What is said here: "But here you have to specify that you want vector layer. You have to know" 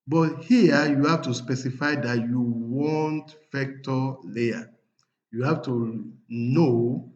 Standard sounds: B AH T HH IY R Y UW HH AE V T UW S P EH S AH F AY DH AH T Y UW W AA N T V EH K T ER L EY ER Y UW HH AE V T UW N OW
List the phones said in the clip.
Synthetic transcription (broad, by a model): B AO T HH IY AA Y UW HH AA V T UW S P EH S AH F AY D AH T Y UW W AA N T F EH K T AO L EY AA Y UW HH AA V T UW N OW